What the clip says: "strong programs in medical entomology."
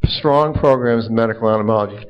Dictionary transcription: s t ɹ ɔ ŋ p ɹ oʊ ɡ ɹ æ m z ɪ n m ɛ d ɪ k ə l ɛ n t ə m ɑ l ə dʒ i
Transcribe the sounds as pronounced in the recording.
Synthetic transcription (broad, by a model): s t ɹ ɔ ŋ p ɹ oʊ ɡ ɹ æ m z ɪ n m ɛ d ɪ k l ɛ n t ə m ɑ l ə dʒ i